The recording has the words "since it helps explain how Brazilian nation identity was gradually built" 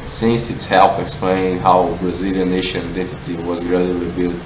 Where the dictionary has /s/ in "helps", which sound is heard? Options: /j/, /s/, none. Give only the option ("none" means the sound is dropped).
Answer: none